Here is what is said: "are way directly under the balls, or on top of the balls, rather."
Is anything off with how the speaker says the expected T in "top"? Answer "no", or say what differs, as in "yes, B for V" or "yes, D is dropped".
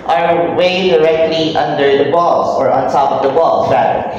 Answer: no